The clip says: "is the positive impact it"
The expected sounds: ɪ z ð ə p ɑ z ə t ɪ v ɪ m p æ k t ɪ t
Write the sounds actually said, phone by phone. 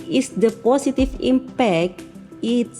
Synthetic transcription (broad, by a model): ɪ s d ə p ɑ s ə t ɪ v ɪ m p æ k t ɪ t